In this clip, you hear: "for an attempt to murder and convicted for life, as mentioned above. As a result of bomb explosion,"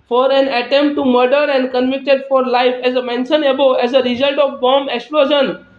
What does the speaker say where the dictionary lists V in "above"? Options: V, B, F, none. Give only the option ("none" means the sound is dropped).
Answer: none